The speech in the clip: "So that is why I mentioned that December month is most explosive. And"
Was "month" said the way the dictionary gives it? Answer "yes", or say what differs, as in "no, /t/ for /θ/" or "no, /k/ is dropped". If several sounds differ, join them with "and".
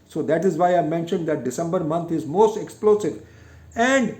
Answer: no, /t/ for /θ/